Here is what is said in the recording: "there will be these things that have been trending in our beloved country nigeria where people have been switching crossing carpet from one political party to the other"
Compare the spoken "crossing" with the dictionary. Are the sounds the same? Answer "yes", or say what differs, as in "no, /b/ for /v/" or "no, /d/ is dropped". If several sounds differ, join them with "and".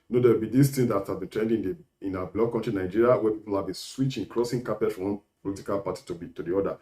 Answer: yes